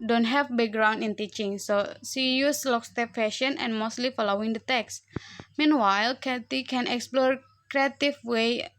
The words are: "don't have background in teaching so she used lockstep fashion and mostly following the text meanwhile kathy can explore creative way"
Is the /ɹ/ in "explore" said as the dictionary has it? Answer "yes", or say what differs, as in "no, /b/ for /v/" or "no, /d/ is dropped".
yes